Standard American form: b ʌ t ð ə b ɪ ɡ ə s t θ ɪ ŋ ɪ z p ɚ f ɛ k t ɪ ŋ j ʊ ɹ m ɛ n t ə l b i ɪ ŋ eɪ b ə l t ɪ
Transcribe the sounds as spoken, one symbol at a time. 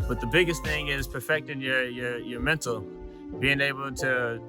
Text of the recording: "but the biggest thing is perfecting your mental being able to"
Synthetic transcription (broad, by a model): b ʌ t ð ə b ɪ ɡ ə s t θ ɪ ŋ ɪ z p ɚ f ɛ k t ɪ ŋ j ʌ ɹ m ɛ n t l b i ɪ ŋ eɪ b l t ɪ